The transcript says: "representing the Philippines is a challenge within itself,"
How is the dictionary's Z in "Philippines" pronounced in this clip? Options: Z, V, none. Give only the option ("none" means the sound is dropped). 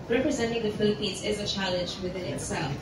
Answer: Z